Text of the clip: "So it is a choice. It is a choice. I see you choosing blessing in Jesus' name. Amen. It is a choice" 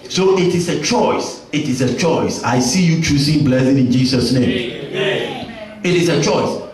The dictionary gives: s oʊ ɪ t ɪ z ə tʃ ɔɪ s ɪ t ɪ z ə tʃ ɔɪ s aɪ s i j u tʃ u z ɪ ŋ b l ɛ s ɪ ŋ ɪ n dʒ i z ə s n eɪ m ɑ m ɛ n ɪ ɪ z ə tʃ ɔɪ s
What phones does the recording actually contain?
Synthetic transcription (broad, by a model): s oʊ ɪ t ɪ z ə tʃ ɔɪ s ɪ t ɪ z ə tʃ ɔɪ s aɪ s i j u tʃ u s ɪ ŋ b l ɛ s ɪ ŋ ɪ n dʒ i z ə s n eɪ m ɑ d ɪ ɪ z ə tʃ ɔɪ s